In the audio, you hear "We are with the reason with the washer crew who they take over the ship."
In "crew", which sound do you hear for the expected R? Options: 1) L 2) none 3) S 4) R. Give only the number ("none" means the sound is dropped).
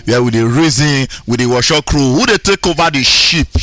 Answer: 4